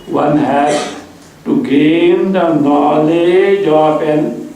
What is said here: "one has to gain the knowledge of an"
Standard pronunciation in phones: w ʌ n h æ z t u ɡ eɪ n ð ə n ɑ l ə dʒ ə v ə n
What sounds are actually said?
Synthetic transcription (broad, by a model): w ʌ n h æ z t u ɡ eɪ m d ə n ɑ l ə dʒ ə p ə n